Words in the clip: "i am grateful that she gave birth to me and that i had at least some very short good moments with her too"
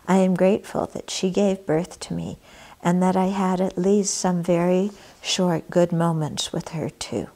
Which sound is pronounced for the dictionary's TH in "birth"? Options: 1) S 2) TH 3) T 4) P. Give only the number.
2